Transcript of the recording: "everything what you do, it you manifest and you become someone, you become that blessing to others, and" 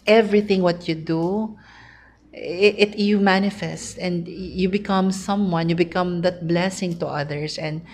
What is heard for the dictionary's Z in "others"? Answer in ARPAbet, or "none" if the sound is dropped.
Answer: S